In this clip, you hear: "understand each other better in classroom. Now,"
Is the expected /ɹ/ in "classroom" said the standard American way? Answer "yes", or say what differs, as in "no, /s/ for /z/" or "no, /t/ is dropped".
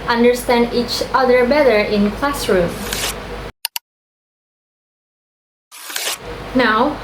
yes